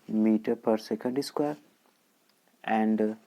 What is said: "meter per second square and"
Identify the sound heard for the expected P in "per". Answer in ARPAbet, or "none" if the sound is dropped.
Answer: P